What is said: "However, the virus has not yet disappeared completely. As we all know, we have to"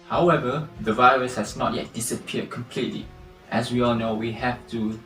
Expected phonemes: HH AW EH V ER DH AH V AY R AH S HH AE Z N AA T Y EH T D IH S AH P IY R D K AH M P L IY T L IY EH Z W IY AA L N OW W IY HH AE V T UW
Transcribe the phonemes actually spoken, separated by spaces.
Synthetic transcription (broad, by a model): HH AW EH V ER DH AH V AY R AH S HH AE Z N AA T Y EH T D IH S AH P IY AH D K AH M P L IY T L IY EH S W IY AA L N OW W IY HH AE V T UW